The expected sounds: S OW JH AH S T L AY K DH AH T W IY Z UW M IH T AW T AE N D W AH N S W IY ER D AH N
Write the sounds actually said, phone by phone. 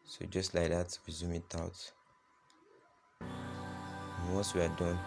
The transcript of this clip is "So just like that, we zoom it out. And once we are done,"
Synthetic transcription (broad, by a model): S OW JH AH S T L AY K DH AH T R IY Z UW M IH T AW T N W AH S W IY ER D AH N